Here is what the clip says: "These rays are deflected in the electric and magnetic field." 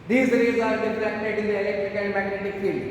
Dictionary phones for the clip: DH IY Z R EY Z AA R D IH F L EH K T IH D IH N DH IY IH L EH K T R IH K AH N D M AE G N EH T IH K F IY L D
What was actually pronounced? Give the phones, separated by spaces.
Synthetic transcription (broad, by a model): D IY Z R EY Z AA R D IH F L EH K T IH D IH N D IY IH L EH K T R IH K AH N D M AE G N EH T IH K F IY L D